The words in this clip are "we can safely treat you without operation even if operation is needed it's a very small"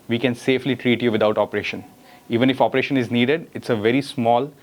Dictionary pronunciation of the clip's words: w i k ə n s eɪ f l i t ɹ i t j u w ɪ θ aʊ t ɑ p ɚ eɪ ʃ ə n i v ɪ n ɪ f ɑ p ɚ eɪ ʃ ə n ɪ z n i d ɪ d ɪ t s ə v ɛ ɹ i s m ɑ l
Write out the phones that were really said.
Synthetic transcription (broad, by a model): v i k ə n s eɪ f l i t ɹ i t j u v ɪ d aʊ t ɑ p ɚ eɪ ʃ ə n i v ɪ n ɪ f ɑ p ɚ eɪ ʃ ə n ɪ z n i d ɪ d ɪ t s ə v ɛ ɹ i s m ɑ l